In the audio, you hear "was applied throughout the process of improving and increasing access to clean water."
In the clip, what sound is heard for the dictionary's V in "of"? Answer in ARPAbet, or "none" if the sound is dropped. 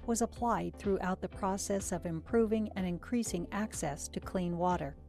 V